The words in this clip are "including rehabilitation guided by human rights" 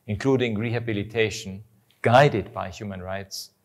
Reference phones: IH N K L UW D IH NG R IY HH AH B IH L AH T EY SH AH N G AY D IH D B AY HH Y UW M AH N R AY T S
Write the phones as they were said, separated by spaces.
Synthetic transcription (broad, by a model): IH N K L UW D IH NG R IY HH AH B IH L AH T EY SH AH N G AY D IH D B AY HH Y UW M AH N R AY T S